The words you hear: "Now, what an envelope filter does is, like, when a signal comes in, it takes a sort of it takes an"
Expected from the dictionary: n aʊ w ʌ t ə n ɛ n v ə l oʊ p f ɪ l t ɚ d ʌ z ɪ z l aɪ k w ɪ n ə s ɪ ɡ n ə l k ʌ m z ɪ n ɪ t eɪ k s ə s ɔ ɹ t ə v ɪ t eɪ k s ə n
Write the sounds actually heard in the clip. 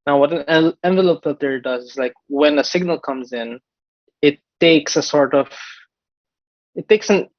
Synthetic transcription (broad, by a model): n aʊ w ʌ t ə n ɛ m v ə l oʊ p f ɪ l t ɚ d ʌ z ɪ z l aɪ k w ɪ n ə s ɪ ɡ n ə l k ʌ m z ɪ n ɪ t eɪ k s ə s ɔ ɹ t ə v ɪ t eɪ k s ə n